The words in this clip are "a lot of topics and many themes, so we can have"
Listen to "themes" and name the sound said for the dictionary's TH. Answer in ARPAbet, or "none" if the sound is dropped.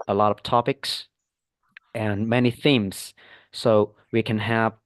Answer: TH